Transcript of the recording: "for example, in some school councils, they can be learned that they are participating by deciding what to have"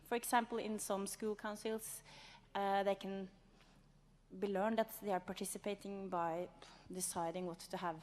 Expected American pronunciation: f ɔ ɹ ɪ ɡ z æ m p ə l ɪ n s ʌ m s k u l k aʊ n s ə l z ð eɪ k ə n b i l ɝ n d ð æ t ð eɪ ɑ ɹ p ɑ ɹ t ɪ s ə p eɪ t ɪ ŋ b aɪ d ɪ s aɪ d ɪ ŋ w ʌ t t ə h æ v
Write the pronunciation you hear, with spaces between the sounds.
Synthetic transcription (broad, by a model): f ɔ ɹ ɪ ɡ s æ m p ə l ɪ n s ʌ m s k u l k aʊ n s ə l s ð eɪ k ə n b i l ɝ n d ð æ t ð eɪ ɑ ɹ p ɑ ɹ t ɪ s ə p eɪ t ɪ ŋ b aɪ d ɪ s aɪ d ɪ ŋ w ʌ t t ə h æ v